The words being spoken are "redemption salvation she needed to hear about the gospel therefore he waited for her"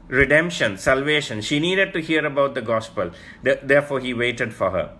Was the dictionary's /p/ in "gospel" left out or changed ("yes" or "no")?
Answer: no